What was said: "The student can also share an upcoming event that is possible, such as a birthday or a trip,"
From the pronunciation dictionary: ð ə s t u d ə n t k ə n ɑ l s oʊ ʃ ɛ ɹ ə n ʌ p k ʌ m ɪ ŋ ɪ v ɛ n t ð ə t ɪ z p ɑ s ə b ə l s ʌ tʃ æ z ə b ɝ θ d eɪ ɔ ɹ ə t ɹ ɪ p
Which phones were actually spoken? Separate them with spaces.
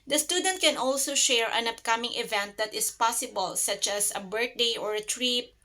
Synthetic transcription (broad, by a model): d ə s t u d ə n t k ə n ɑ l s oʊ ʃ ɛ ɹ ə n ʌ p k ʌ m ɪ ŋ ɪ v ɛ n t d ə t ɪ s p ɑ s ə b ə l s ʌ tʃ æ s ə b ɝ t d eɪ ɔ ɹ ə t ɹ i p